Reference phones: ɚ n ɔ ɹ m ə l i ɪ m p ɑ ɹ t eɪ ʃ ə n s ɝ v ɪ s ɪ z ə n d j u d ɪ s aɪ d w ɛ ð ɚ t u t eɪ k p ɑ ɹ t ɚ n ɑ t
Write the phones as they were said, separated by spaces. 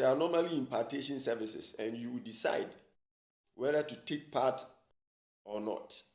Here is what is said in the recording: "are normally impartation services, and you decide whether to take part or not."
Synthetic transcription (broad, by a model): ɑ n ɔ m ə l i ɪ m p ɑ t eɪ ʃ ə n s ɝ v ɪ s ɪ s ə n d j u d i s aɪ d w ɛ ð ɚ t u t eɪ k p ɑ t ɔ n ɑ t